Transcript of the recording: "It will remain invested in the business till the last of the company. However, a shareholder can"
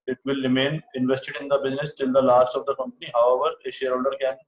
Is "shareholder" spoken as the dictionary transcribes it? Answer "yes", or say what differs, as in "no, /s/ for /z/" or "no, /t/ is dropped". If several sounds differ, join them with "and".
yes